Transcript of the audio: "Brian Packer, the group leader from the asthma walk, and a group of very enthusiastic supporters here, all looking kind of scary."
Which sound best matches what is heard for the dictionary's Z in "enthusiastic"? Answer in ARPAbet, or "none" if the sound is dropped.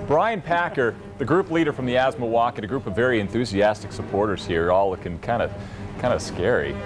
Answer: Z